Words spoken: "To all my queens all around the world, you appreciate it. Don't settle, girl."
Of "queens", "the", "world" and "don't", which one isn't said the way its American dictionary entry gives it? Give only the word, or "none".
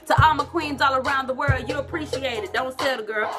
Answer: none